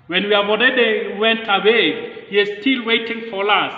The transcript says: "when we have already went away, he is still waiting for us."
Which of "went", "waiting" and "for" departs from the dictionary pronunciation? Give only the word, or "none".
for